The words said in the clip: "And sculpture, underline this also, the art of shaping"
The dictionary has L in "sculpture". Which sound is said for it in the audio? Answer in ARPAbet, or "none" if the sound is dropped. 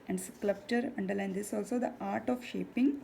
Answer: none